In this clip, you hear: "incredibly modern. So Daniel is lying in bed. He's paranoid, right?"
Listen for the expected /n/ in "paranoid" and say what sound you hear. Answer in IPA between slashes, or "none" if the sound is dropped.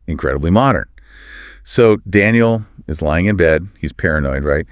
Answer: /n/